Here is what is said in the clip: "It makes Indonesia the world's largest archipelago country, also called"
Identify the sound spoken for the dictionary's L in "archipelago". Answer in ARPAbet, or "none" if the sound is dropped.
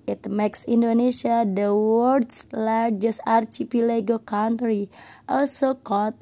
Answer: L